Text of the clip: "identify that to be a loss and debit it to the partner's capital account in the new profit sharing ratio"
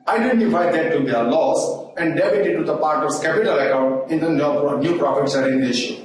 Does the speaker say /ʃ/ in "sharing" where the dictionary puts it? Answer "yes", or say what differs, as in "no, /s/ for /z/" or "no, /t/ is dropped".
no, /s/ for /ʃ/